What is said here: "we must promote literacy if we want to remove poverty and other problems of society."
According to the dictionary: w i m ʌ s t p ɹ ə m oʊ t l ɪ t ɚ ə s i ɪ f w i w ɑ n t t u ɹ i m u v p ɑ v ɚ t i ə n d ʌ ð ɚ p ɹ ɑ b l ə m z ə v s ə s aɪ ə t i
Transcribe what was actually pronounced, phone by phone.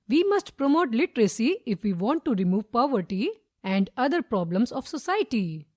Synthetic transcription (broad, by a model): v i m ʌ s t p ɹ ə m oʊ t l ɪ t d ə s i ɪ f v i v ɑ n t t u ɹ i m u v p ɑ v ɚ t i ə n d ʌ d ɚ p ɹ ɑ b l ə m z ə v s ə s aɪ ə t i